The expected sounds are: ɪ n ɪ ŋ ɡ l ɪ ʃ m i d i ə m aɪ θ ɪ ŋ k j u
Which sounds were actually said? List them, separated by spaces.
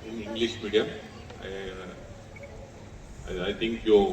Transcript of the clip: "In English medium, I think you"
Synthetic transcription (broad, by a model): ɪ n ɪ ŋ ɡ l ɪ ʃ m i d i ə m aɪ t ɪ ŋ k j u